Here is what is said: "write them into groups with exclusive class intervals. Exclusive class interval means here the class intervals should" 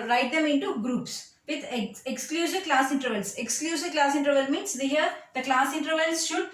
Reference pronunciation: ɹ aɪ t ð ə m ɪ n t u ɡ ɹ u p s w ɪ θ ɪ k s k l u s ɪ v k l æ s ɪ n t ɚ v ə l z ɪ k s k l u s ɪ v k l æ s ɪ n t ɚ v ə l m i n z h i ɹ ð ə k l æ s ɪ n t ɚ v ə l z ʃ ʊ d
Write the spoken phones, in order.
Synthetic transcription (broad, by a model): ɹ aɪ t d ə m ɪ n t u ɡ ɹ u p s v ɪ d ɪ k s k l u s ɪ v k l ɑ s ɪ n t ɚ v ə l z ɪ k s k l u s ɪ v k l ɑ s ɪ n t ɚ v ə l m i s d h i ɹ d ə k l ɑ s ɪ n t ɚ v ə l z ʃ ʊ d